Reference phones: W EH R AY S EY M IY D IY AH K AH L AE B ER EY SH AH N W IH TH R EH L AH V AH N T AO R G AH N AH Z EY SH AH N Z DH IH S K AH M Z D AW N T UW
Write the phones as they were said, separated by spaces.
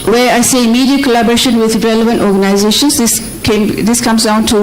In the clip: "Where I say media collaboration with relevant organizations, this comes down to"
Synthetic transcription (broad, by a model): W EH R AY S EY M IY D IY AH K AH L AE B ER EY SH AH N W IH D R EH L AH V AH N T AO R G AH N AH Z EY SH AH N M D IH S K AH M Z D AW N T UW